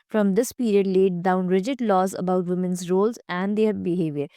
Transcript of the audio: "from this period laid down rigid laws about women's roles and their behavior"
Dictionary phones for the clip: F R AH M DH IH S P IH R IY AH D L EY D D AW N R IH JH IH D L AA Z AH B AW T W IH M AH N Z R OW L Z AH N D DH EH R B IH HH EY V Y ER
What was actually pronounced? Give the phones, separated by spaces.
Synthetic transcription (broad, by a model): F R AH M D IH S P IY R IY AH D L EY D D AW N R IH JH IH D L AA Z AH B AW T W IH M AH N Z R OW L Z AH N D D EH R B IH HH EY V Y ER